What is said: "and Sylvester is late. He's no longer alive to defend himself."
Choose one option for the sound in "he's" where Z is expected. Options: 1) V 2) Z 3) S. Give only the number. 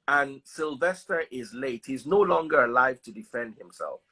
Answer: 2